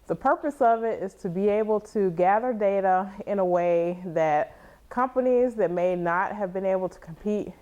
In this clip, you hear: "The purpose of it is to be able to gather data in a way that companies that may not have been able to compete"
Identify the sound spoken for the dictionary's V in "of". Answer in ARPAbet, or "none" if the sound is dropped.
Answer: V